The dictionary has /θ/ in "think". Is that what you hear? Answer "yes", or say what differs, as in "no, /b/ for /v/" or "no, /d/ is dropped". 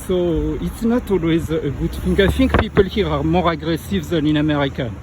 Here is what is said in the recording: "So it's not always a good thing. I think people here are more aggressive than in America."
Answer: no, /f/ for /θ/